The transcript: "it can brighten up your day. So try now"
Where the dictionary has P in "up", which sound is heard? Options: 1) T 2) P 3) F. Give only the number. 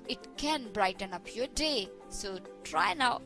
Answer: 2